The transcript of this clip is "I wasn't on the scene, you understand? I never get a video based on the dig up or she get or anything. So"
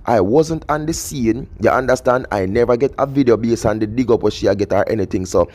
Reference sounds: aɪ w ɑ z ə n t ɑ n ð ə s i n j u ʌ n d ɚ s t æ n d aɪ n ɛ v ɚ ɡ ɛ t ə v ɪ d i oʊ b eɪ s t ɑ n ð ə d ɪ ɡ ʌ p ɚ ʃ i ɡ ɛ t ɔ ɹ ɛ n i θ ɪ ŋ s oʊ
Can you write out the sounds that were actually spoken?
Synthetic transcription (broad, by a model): aɪ w ɑ z ə n t ɑ n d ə s i n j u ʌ n d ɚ s t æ n d aɪ n ɛ v ɚ ɡ ɛ t ə v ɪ d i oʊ b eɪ s ɑ n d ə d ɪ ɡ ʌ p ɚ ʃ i ɡ ɛ t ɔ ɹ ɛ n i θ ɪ ŋ s oʊ